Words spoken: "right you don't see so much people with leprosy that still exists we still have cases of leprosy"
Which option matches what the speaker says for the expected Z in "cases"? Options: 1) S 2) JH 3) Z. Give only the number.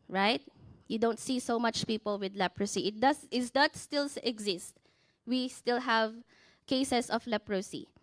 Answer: 1